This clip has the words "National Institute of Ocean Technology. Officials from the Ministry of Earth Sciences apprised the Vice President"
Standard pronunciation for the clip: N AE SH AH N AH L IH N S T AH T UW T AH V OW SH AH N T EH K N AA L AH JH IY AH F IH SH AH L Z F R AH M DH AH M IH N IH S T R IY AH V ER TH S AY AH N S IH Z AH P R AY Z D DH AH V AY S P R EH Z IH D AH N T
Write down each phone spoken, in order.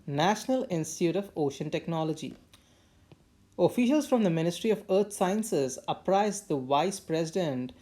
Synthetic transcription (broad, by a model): N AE SH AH N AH L IH N S T AH T UW T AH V OW SH AH N T EH K N AA L AH JH IY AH F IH SH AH L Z F R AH M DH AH M IH N IH S T R IY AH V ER T S AY AH N S IH Z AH P R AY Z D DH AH V AY S P R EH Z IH D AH N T